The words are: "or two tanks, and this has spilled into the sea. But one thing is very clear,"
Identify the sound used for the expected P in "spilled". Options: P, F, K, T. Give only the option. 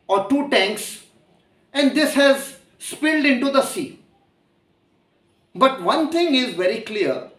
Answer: P